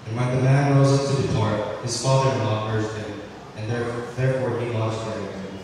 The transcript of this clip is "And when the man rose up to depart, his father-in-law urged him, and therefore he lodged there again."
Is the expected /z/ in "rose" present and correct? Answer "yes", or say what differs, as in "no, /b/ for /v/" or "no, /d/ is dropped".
yes